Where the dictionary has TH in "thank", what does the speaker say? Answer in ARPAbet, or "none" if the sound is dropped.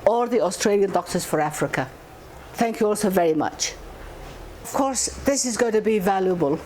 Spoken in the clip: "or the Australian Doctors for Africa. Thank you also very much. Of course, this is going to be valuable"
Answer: TH